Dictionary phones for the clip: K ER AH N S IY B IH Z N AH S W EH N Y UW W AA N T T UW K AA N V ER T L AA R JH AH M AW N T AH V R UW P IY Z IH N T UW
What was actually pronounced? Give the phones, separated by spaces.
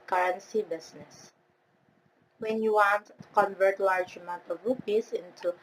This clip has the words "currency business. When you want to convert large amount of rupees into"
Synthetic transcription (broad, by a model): K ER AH N S IY B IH S N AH S W EH N Y UW W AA N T T UW K AA N V ER T L AA R JH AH M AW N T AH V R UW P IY S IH N T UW